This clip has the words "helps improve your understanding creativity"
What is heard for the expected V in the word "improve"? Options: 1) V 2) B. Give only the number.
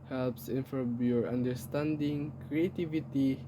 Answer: 2